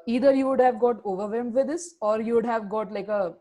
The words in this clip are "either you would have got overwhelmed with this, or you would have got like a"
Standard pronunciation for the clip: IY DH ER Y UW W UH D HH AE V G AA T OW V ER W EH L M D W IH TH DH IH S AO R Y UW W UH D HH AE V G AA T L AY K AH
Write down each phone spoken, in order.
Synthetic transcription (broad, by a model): IY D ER Y UW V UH D HH AE V G AA T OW V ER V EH M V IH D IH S AO R Y UW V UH D HH AE V G AA T L AY K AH